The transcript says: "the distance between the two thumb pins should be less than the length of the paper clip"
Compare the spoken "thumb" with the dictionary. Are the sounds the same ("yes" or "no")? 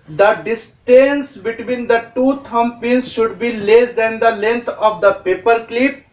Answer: no